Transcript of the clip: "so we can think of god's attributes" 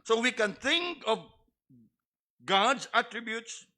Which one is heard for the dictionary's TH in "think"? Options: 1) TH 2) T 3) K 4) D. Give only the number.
2